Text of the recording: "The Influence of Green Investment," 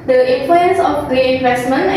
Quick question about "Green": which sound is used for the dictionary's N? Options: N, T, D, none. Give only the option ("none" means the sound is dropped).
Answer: none